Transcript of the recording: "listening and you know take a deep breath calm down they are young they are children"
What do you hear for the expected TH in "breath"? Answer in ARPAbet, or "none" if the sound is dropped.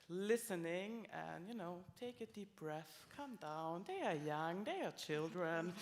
TH